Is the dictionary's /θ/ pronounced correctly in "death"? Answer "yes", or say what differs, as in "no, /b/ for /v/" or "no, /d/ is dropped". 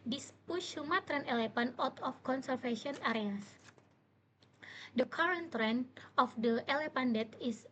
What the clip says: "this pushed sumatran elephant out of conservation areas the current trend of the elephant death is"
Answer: no, /t/ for /θ/